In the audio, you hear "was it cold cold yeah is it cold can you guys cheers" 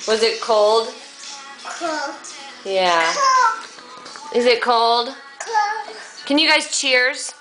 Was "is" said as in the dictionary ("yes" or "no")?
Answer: yes